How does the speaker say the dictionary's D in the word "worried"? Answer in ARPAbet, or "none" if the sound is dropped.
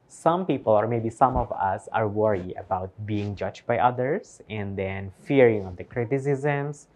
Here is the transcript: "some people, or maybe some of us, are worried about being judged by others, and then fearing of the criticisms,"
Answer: none